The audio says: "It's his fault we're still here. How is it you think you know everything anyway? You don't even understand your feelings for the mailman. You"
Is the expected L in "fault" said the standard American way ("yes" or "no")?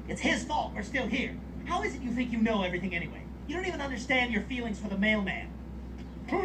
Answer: no